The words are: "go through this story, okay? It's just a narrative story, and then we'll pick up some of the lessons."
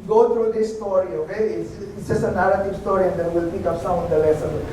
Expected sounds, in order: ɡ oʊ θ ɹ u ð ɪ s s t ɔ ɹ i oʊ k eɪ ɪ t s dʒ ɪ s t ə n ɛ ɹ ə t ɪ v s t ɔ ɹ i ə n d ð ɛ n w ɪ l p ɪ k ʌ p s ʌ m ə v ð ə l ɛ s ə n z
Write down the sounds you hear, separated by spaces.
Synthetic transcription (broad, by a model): ɡ oʊ t ɹ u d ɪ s s t ɔ ɹ i oʊ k eɪ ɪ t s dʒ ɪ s ə n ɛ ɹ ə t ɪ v s t ɔ ɹ i ə n d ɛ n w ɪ l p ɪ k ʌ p s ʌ ə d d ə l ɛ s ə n